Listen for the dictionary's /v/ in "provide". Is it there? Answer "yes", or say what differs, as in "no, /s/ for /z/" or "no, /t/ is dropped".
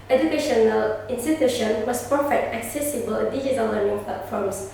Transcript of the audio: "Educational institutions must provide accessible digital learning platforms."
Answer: no, /f/ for /v/